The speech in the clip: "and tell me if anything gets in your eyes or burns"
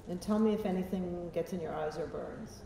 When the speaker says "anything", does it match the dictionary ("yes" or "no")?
yes